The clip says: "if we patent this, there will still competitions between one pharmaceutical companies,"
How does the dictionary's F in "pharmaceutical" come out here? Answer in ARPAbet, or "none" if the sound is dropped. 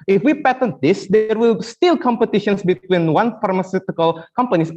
F